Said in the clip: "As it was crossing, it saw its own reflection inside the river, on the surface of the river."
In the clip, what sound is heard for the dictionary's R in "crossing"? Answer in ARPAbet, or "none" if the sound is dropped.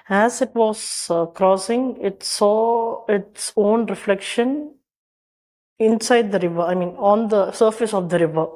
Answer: R